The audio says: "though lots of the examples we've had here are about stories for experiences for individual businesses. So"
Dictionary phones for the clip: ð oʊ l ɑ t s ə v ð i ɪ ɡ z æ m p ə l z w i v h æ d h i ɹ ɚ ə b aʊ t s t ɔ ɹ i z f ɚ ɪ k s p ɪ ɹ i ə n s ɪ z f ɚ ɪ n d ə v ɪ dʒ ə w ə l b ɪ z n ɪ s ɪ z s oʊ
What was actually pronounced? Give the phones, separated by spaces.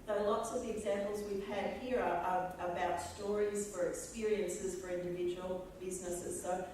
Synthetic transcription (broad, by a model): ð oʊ l ɑ t s ə v ð i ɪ ɡ z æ m p l z w i v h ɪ d h i ɹ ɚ ə b aʊ t s t ɔ ɹ i z f ɚ ɪ k s p ɪ ɹ i ə n s ɪ z f ɚ ɪ n d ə v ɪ dʒ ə w l b ɪ z n ɪ s ɪ z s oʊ